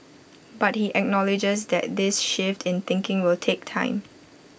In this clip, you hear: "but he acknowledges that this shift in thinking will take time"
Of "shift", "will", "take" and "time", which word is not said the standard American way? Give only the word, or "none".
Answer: none